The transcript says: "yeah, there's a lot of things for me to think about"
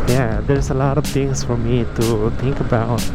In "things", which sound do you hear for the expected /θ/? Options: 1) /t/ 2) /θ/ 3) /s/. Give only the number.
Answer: 1